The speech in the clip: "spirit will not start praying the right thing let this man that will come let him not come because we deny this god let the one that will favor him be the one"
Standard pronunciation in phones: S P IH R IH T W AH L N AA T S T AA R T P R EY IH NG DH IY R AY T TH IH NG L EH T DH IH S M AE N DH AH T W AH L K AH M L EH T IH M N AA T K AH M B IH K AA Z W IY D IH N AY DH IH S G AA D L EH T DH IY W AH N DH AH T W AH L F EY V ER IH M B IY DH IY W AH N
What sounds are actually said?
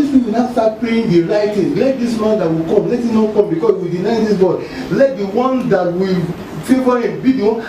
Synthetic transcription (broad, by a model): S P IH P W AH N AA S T AA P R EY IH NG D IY R AY T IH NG L EH T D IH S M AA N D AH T W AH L K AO M L EH T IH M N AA K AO M B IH K AA S W IY D IH N AY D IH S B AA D L EH T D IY W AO N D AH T W AH L F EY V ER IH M B IY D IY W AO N